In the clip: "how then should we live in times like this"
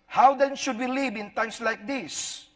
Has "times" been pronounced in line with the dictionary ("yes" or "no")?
no